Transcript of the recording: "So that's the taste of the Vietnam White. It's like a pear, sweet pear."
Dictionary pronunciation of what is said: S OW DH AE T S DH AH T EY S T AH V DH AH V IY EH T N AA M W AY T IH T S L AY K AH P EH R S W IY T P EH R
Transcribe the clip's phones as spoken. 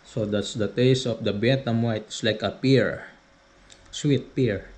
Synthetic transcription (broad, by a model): S OW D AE T S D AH T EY S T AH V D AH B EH T AA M W AY T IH S L AY K AH P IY R S W IY T P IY R